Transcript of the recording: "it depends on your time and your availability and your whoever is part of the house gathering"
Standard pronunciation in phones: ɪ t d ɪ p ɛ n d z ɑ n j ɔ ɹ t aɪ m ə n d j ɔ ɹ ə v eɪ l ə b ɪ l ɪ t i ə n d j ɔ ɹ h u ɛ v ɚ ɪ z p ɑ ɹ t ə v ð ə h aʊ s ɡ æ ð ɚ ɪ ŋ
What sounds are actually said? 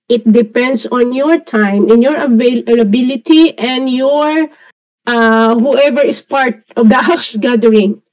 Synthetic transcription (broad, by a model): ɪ t d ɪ p ɛ n d s ɑ n j ɔ ɹ t aɪ m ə n j ɔ ɹ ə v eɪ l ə b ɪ l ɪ t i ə n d j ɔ ɹ h u ɛ v ɚ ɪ s p ɑ ɹ t ə v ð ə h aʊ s ɡ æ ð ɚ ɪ ŋ